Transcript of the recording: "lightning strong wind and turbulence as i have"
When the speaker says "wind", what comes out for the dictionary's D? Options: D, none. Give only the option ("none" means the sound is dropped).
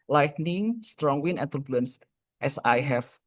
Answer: none